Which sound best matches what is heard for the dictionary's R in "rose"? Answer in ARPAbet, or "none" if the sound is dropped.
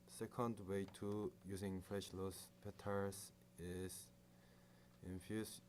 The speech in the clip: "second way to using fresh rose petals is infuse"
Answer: L